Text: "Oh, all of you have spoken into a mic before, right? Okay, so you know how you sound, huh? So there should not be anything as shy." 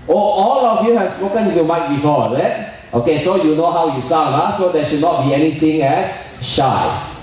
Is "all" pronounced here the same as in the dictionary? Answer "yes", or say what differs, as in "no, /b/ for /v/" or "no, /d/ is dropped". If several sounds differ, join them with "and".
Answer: yes